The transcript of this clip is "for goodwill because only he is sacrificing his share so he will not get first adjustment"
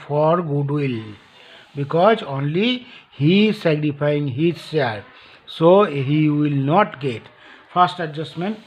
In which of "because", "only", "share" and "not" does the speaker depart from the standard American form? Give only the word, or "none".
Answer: share